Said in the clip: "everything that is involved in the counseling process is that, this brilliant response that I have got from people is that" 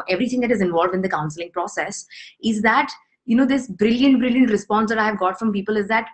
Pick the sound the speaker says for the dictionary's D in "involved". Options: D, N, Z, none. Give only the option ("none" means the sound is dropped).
D